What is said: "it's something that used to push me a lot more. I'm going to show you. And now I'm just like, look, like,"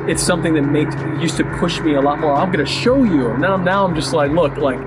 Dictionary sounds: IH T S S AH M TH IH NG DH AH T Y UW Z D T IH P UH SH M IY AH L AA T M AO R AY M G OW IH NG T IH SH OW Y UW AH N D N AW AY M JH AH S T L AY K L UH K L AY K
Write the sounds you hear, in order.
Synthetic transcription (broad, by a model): IH T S S AH M TH IH NG DH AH T Y UW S T IH P UH SH M IY AH L AA T M AO R AY M G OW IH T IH SH OW Y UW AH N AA N AW AY M JH AH S T L AY K L UH K L AY K